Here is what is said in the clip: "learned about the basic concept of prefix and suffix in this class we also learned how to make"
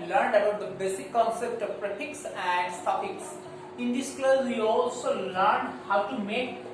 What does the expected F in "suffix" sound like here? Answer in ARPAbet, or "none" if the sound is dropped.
P